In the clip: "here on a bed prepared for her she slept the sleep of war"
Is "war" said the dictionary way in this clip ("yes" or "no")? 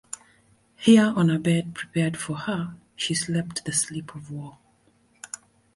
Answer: no